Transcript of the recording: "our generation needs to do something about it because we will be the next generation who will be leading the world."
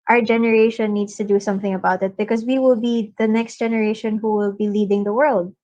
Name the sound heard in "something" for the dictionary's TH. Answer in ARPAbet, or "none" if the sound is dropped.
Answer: TH